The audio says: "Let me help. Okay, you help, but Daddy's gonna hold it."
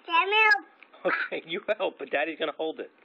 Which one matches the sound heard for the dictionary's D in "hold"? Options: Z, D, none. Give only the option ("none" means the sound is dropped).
D